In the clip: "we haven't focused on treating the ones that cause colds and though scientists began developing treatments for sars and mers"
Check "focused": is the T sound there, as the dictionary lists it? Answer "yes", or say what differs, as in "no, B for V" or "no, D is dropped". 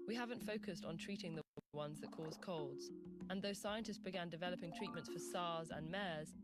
yes